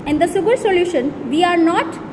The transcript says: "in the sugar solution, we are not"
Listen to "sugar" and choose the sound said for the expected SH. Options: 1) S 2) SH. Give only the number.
1